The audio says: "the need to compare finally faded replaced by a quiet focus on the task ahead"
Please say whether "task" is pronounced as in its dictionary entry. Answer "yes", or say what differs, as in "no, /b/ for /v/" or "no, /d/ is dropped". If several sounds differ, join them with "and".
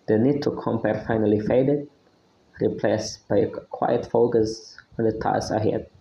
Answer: no, /k/ is dropped